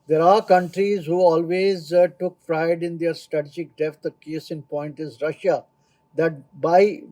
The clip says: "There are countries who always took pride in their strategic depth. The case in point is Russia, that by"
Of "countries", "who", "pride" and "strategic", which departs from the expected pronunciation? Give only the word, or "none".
pride